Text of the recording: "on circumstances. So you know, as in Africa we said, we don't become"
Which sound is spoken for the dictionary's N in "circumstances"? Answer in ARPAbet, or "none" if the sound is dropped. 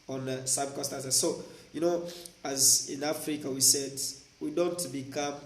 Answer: none